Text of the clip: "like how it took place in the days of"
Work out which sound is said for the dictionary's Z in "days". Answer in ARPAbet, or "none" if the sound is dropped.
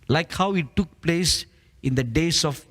S